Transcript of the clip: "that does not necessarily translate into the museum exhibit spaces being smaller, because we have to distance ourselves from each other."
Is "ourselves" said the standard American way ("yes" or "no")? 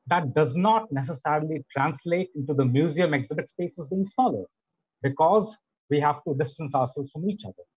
no